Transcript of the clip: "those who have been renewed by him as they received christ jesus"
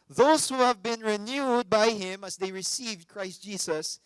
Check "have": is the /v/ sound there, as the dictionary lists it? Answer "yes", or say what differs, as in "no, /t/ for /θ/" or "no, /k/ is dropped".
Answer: yes